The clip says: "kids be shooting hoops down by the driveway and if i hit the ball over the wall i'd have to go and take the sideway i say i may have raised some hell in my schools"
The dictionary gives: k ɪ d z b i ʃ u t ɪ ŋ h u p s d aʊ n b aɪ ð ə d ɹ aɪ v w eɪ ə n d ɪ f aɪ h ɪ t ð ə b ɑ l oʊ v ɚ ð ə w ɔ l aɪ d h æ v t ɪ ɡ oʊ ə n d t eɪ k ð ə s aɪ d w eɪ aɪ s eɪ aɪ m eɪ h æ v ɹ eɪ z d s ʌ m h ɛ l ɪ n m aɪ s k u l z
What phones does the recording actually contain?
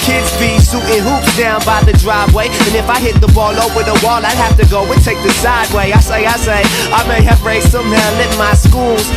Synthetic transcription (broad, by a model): k ɪ d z b i s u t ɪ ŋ h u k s d aʊ n b aɪ ð ə d ɹ aɪ v w eɪ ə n ɪ f aɪ h ɪ t ð ə b ɑ l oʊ w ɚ ð ə w ɔ l aɪ d h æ f t ɪ ɡ oʊ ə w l t eɪ k ð ə s aɪ d w eɪ aɪ s eɪ aɪ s eɪ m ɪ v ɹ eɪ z s ʌ m h ɛ l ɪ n m aɪ s k u l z